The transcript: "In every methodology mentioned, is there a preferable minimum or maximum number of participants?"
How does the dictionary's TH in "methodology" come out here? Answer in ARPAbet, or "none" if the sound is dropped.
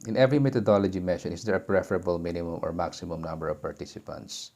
T